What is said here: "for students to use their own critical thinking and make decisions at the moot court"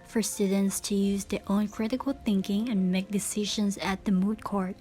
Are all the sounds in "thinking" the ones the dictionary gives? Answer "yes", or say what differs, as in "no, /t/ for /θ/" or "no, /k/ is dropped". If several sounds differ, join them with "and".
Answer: yes